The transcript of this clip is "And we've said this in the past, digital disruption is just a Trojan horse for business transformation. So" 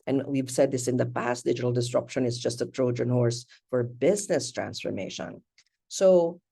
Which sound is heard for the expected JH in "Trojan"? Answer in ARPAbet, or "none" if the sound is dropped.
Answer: JH